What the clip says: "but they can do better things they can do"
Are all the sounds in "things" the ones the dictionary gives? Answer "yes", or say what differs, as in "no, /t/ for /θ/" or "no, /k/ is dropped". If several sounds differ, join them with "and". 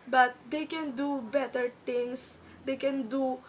no, /t/ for /θ/